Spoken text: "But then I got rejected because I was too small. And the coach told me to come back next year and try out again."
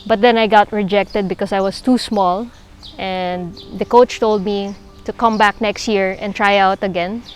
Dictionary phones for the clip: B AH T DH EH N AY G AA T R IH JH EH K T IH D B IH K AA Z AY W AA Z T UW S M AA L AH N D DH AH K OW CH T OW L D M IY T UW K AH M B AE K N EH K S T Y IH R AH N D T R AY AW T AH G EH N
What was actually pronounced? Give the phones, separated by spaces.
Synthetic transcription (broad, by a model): B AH T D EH N AY G AA T R IH JH EH K T IH D B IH K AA S AY W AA S T UW S M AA L AH N D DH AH K OW CH T OW L D M IY T UW K AH M B AE K N EH K S T Y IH R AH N T R AY AW T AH G EH N